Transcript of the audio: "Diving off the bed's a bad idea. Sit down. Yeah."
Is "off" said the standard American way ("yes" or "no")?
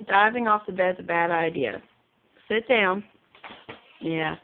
yes